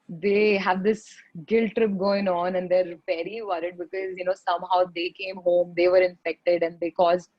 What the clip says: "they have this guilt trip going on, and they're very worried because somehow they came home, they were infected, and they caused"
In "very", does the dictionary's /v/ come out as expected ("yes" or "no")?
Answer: no